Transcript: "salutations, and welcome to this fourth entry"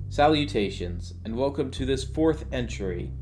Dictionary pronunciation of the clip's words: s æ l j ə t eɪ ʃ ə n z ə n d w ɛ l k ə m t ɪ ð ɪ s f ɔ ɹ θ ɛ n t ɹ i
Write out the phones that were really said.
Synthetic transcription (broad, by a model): s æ l j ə t eɪ ʃ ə n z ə n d w ɛ l k ə m t ɪ ð ɪ s f ɔ ɹ θ ɛ n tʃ ɹ i